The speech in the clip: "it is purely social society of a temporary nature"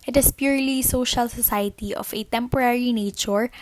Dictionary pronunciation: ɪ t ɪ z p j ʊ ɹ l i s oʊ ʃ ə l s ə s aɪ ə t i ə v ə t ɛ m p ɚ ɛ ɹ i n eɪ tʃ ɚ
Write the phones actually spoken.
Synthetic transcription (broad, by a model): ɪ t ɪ s p j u ɹ l i s oʊ ʃ ə l s ə s aɪ ə t i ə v ə t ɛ m p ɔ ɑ ɹ i n eɪ tʃ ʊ